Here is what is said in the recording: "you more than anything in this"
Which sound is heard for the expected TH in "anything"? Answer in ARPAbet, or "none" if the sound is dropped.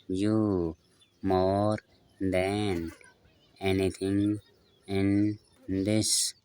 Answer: T